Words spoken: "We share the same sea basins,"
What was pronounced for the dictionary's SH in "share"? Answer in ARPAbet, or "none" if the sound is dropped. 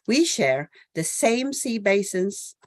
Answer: SH